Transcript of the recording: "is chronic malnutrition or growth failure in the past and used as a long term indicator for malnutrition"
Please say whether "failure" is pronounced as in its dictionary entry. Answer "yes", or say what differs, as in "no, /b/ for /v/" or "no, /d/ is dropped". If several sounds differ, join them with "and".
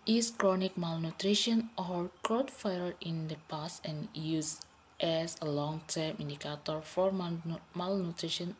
no, /l/ is dropped